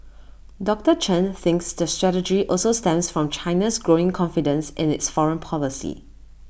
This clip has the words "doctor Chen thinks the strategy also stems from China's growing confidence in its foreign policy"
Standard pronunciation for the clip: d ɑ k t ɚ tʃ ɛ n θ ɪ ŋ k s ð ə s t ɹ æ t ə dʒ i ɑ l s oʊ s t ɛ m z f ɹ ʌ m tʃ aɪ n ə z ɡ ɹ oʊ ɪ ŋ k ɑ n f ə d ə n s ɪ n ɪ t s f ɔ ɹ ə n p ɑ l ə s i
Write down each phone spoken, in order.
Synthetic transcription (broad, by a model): d ɑ k t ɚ tʃ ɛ n θ ɪ ŋ k s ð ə s t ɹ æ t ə dʒ i ɑ l s oʊ s t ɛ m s f ɹ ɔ m tʃ aɪ n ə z ɡ ɹ oʊ ɪ ŋ k ɑ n f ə d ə n s ɪ n ɪ t s f ɔ ɹ ə n p ɑ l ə s i